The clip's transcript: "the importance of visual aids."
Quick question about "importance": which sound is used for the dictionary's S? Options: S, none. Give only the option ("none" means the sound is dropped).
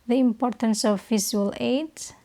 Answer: S